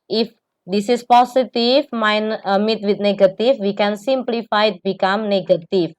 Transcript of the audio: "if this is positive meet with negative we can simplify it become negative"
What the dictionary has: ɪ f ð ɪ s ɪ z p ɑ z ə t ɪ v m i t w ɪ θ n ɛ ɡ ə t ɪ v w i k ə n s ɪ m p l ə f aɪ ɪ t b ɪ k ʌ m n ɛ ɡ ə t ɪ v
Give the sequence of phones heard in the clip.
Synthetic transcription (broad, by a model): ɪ f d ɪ s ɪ s p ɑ s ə t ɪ f m i t w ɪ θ n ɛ ɡ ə t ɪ f w i k ə n s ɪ m p l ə f aɪ ɪ t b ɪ k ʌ m n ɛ ɡ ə t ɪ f